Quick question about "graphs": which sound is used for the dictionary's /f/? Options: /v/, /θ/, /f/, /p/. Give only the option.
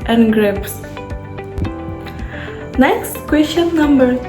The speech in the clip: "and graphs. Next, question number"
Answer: /p/